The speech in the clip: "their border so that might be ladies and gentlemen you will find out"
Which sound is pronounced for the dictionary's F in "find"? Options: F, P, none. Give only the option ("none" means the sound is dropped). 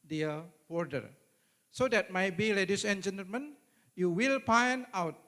P